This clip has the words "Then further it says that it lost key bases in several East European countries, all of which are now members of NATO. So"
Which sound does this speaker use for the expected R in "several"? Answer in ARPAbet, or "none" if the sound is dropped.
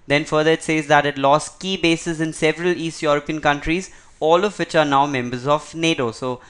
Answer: R